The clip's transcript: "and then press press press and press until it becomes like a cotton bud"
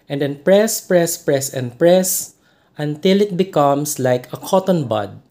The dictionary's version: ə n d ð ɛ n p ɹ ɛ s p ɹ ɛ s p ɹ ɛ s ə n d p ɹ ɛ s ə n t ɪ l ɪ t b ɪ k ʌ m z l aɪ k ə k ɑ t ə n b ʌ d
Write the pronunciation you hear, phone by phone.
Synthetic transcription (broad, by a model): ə n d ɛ n p ɹ ɛ s p ɹ ɛ s p ɹ ɛ s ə n p ɹ ɛ s ə n t ɪ l ɪ t b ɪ k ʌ m s l aɪ k ə k ɑ t ə n b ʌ d